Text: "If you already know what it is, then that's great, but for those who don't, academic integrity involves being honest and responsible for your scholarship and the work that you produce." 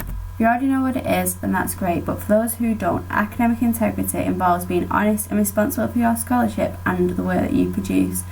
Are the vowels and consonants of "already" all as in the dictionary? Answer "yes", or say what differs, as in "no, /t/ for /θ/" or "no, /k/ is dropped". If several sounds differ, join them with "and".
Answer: no, /l/ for /ɹ/